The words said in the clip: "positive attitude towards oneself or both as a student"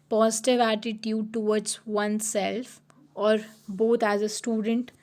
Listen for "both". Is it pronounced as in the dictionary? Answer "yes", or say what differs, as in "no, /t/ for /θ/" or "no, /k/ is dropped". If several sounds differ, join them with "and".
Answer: no, /t/ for /θ/